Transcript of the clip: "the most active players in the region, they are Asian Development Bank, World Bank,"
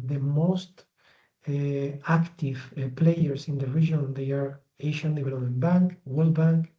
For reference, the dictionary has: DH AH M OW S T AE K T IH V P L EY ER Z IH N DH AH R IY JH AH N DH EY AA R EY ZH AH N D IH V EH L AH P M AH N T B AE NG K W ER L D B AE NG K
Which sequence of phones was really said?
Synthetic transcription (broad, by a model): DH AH M OW S T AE K T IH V P L EY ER S IH N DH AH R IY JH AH N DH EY AA R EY SH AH N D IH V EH L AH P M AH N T B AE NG K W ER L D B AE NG K